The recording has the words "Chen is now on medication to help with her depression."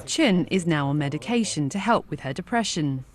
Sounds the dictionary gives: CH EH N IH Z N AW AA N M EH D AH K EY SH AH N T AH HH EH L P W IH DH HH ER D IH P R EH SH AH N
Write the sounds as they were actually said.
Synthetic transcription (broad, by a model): CH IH N IH Z N AW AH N M EH D AH K EY SH AH N T AH HH EH L P W IH DH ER D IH P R EH SH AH N